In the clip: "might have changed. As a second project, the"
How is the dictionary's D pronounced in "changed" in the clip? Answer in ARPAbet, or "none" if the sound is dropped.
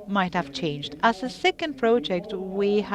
D